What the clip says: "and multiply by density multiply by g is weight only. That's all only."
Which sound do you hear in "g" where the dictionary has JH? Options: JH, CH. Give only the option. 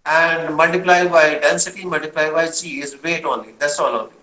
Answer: CH